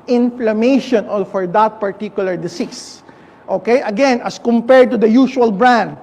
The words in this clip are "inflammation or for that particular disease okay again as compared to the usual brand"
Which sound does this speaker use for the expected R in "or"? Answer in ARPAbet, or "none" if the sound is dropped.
L